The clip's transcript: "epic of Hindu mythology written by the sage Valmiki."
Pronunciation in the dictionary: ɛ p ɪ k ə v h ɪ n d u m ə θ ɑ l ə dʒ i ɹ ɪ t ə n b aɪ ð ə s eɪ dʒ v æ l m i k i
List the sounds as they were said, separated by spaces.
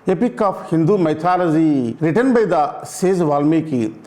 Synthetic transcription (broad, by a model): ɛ p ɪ k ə p h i n d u m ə t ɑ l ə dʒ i ɹ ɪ t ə n b aɪ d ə s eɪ z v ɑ l m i k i